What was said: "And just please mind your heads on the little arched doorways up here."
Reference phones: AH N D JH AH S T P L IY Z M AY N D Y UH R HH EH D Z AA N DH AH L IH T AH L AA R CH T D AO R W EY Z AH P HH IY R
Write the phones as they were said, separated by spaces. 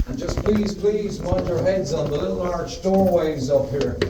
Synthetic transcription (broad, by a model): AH N JH AH S P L IY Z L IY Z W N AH R HH EH D Z N DH AH L IH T L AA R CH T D AO R W EY Z AH P HH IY R